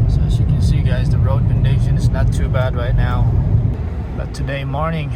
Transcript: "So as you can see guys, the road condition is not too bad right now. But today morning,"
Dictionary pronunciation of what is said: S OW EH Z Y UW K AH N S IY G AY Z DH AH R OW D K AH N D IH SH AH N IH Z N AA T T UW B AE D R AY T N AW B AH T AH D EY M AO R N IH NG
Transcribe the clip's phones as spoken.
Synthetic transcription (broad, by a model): S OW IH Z Y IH K AH N S IY G AY Z DH AH R OW D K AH N D IH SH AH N IH Z N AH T T UW B AE D R AY T N AW B AH T AH D EY M AO R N IH NG